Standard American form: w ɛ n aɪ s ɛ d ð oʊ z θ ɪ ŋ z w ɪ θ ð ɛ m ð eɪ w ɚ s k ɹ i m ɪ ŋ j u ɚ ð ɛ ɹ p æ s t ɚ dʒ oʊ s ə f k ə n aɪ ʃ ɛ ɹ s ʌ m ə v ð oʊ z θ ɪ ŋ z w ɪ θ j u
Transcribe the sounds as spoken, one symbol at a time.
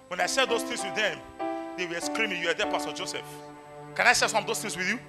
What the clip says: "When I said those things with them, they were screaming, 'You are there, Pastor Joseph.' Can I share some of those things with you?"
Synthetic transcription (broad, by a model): w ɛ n aɪ s ɛ d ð oʊ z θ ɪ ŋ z w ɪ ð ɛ m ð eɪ w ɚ s k ɹ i m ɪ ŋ j u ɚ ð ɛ p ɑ s t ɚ dʒ oʊ s ə f k ə n aɪ s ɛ s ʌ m ə v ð oʊ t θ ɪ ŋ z w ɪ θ j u